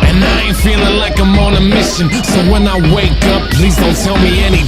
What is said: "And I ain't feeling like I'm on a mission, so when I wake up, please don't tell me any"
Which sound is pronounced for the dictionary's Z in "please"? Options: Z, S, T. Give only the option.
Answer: Z